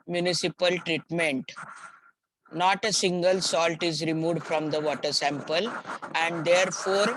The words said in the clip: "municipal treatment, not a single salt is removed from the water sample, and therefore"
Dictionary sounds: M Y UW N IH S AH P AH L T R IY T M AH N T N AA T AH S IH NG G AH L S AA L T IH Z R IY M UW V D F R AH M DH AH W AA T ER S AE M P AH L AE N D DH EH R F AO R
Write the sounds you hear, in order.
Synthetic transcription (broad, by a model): M Y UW N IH S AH P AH L T R IY T M AH N T N AA T AH S IH NG G AH L S AA L T IH Z R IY M UW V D F R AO M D AH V AA T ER S AE M P AH L AE N D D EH R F AO R